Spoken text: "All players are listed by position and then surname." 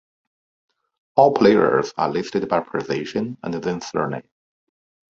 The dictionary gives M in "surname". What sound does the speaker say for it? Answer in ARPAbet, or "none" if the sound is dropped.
none